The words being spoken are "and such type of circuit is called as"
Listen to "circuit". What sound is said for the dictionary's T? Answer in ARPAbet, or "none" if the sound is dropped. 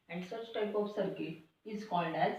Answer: none